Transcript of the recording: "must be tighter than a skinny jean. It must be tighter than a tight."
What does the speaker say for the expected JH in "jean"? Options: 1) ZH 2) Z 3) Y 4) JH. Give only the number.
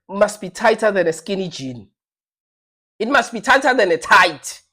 4